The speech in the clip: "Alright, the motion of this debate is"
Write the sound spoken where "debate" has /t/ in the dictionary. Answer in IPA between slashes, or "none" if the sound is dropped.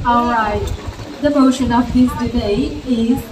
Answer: none